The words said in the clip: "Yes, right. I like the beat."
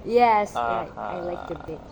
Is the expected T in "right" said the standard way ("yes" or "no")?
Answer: no